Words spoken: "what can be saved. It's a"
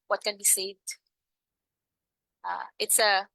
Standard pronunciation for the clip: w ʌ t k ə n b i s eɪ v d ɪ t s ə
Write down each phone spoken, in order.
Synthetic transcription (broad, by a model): w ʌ t k ə n b i s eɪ d ɪ t s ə